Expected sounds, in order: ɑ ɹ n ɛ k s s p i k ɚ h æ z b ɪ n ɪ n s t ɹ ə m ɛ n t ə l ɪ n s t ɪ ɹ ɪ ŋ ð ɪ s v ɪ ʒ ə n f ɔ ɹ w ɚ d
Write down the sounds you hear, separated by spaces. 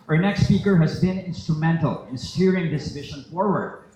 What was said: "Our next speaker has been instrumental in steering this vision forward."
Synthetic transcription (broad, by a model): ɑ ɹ n ɛ k s s p i k ɚ h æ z b ɪ n ɪ n s t ɹ ə m ɛ n t ə l ɪ n s t ɪ ɹ ɪ ŋ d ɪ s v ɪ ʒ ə n f ɔ ɹ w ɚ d